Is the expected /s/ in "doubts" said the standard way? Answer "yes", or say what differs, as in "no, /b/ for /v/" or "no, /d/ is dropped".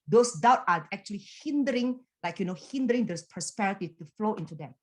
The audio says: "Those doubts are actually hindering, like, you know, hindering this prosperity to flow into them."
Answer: no, /s/ is dropped